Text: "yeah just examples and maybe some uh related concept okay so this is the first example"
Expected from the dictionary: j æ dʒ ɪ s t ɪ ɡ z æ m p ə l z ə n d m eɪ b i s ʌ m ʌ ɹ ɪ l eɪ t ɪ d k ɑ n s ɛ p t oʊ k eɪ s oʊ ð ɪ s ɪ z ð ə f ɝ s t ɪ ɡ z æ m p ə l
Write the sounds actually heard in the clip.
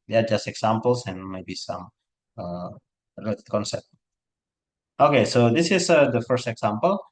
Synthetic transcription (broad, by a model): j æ dʒ ɪ s t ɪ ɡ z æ m p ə l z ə n m eɪ b i s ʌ m ʌ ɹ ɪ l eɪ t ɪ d k ɑ n s ɛ p t oʊ k eɪ s oʊ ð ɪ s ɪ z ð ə f ɝ s t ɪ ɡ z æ m p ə l